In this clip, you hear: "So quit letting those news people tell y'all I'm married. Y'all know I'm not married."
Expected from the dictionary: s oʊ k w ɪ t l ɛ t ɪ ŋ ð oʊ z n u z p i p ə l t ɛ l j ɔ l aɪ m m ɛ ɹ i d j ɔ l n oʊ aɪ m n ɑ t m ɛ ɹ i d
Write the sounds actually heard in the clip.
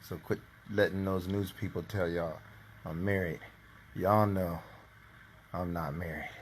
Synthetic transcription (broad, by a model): s oʊ k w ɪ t l ɛ t ɪ ŋ ð oʊ z n u z p i p l t ɛ l j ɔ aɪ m m ɛ ɹ i d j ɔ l n oʊ aɪ m n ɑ t m ɛ ɹ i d